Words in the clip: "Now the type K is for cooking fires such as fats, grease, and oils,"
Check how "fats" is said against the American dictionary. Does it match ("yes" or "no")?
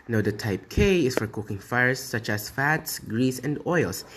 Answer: yes